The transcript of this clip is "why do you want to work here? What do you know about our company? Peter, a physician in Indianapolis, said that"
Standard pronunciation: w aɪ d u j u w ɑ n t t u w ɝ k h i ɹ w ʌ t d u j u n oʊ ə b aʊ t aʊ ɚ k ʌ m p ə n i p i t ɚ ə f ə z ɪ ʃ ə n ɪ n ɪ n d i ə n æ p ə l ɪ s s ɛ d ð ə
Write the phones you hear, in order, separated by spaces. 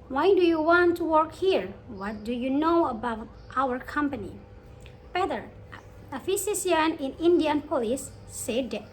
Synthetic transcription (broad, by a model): w aɪ d u j u w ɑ n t t u w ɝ k h i ɹ w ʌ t d u j u n oʊ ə b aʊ t aʊ ɚ k ʌ m p ə n i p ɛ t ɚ ə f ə s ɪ s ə n ɪ n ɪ n d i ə n p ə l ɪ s s ɛ d